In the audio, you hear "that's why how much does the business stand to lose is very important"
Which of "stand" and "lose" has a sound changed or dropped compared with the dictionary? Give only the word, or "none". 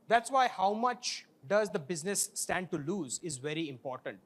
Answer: none